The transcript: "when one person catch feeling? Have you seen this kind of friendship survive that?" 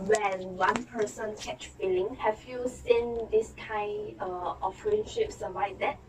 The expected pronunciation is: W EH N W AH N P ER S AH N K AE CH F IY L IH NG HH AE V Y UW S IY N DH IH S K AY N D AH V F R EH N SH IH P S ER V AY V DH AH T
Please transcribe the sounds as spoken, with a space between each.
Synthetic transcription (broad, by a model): W EH N W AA N P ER S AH N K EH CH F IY L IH NG HH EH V Y UW S IY N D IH S K AY N D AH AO F R EH N SH IH P S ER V AY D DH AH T